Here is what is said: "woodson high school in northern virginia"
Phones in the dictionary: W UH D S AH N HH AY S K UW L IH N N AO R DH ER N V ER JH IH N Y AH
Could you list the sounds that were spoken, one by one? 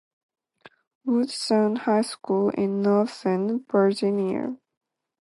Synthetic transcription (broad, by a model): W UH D S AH N HH AY S K UW L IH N N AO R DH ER N B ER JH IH N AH